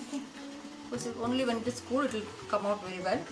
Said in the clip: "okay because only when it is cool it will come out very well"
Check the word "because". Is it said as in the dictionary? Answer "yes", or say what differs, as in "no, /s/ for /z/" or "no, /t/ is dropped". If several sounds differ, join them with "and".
no, /z/ is dropped